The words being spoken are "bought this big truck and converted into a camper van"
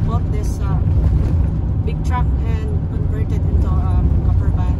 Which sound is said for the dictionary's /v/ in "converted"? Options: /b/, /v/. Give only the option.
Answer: /b/